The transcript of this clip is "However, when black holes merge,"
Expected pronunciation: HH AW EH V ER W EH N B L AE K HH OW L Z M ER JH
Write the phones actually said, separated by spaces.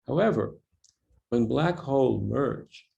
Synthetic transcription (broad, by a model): HH AW EH V ER W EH N B L AE K HH OW L M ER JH